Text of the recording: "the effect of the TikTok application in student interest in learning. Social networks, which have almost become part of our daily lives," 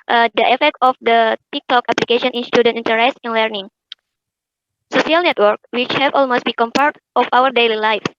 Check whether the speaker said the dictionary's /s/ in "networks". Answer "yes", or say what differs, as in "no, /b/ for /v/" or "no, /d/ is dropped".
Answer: no, /s/ is dropped